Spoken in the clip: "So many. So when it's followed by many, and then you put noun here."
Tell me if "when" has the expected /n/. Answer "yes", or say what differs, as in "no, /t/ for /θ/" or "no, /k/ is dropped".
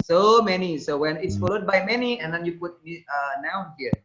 yes